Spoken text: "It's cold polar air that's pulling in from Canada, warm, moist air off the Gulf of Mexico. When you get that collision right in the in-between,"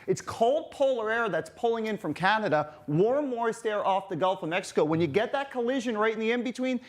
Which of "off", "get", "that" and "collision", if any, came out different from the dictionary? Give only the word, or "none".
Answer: none